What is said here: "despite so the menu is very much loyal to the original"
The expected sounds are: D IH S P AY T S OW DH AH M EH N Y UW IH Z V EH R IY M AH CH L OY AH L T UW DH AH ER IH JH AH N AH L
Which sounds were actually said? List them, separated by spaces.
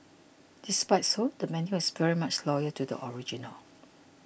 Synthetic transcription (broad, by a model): D IH S P AY T S OW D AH M EH N Y UW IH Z V EH R IY M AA CH L OY AH T UW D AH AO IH JH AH N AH L